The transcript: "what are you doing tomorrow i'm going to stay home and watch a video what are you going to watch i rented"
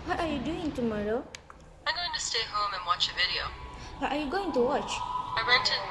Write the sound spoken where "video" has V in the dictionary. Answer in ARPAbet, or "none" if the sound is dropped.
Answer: V